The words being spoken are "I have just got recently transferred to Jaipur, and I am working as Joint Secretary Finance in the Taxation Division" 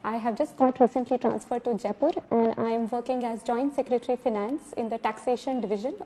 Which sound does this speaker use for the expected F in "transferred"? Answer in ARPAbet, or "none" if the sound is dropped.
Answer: F